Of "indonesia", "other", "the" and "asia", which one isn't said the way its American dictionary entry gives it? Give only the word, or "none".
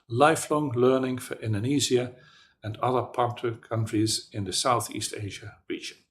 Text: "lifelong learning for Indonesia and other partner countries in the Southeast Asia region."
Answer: indonesia